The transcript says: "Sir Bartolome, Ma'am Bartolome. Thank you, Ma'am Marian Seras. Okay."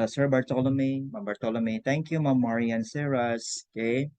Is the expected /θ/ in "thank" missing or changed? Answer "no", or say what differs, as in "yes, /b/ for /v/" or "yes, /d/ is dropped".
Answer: yes, /t/ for /θ/